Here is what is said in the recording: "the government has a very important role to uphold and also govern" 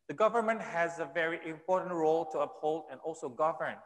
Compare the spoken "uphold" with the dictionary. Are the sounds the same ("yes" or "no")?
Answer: yes